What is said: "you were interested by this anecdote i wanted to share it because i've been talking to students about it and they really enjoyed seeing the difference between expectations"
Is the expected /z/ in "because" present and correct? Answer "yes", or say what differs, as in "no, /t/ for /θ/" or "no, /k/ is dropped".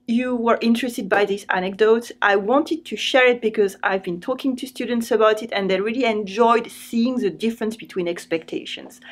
yes